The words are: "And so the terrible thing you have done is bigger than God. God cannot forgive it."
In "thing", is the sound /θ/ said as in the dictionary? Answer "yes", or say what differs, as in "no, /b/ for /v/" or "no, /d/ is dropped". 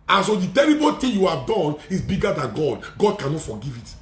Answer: no, /t/ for /θ/